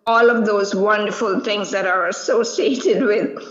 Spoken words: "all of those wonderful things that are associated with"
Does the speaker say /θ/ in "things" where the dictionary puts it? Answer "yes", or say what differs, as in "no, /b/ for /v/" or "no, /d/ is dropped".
no, /t/ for /θ/